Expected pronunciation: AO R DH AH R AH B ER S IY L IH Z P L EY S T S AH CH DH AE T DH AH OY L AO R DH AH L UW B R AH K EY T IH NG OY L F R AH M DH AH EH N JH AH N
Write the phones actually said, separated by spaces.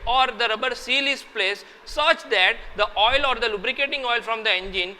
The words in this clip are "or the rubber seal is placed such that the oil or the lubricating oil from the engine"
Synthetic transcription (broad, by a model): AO R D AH R AH B ER S IY L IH S P L EY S S AH CH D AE T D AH OY L AO R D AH L UW B R AH K EY T IH NG OY L F R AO M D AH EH N JH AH N